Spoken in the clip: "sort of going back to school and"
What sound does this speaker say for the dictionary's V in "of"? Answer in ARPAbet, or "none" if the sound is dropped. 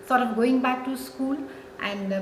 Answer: P